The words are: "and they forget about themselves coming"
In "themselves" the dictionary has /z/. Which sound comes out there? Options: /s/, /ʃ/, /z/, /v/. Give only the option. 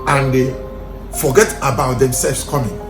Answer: /s/